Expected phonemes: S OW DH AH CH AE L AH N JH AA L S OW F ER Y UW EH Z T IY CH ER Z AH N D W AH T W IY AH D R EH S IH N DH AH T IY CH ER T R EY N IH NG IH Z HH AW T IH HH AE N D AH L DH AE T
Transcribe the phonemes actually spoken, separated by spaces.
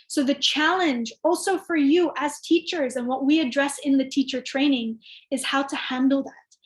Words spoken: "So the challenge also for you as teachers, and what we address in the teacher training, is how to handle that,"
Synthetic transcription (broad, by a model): S OW DH AH CH AE L AH N JH AA L S OW F ER Y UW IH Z T IY CH ER Z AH N W AH T W IY AH D R EH S IH N DH AH T IY CH ER T R EY N IH NG IH Z HH AW T IH HH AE N D L DH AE T